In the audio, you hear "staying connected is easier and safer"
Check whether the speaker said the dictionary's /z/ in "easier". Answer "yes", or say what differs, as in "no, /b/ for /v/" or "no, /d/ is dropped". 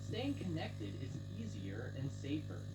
yes